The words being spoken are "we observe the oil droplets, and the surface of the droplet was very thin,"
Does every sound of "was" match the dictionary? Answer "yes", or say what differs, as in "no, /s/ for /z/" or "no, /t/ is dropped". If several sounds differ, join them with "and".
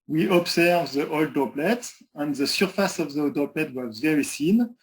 yes